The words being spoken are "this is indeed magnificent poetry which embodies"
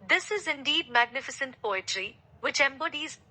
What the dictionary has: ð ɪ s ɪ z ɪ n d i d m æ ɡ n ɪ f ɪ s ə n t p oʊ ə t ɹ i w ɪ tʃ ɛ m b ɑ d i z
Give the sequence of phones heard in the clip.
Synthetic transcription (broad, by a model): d ɪ s ɪ z ɪ n d i d m æ ɡ n ɪ f ɪ s ə n t p oʊ ə t ɹ i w ɪ tʃ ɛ m b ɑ d i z